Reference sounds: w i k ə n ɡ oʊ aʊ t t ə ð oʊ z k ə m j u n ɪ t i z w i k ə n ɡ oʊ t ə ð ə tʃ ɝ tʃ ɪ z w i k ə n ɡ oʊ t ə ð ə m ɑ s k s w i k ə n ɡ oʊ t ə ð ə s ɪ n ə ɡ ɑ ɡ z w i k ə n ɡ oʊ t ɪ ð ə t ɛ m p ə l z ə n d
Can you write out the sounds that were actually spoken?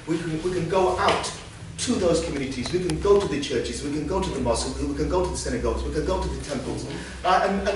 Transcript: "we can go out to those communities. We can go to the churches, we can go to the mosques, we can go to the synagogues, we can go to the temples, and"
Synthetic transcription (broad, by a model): w i k ə n ɡ oʊ aʊ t t ə ð oʊ z k ə m j u n ɪ t i z w i k ə n ɡ oʊ t ə ð ə tʃ ɝ tʃ ɪ z w i k ə n ɡ oʊ t ə ð ə m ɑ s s w i k ə n ɡ oʊ t ə ð ə s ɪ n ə ɡ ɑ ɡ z w i k ə n ɡ oʊ t ɪ ð ə t ɛ m p ə l z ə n